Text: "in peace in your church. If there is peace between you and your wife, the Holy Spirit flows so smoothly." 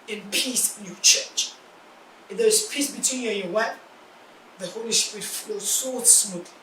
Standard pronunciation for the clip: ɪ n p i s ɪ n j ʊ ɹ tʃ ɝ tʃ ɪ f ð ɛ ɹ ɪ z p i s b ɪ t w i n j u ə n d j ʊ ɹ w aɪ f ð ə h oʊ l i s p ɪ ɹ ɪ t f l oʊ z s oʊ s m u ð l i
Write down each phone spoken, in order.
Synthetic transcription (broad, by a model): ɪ n p i s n j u tʃ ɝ tʃ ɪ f ð ɛ ɹ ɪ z p i s b ɪ t w i n j u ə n j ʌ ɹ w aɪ p ð ə h oʊ l i s p ɹ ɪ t f oʊ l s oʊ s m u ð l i